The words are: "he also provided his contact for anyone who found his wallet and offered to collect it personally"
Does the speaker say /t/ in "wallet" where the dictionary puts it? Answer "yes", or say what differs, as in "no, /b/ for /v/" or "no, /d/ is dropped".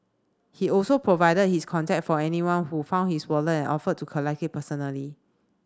no, /t/ is dropped